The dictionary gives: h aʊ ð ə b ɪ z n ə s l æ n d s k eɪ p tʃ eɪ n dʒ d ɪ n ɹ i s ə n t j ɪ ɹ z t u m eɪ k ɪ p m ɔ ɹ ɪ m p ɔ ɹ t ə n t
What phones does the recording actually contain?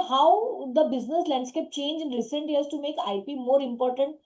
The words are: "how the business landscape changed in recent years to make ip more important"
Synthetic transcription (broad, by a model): h aʊ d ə b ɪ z n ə s l æ n d s k eɪ p tʃ eɪ n dʒ ɪ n ɹ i s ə n t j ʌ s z t u m eɪ k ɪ p m ɔ ɹ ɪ m p ɔ ɹ t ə n t